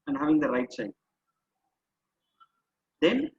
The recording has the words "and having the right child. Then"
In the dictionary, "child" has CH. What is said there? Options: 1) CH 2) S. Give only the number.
2